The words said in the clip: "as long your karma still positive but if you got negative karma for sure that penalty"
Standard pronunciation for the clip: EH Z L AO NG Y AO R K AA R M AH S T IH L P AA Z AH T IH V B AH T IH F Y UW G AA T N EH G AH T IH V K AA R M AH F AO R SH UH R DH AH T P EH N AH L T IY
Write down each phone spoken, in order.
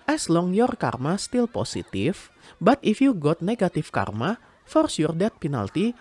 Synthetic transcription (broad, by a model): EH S L AO NG Y AO R K AA R M AH S T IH L P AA S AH T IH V B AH T IH F Y UW G AA T N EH G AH T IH F K AA R M AH F AO R S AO R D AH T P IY N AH L T IY